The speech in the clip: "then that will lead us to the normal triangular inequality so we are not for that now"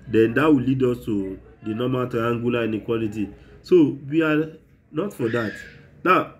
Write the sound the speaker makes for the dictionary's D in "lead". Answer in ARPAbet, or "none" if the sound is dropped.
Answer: D